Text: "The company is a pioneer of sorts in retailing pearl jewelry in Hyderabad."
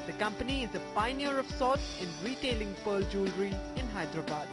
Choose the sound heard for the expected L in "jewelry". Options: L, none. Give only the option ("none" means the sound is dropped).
L